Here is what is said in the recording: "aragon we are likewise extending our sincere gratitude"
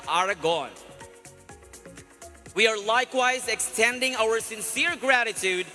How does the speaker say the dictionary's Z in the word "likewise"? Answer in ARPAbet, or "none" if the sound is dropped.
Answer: Z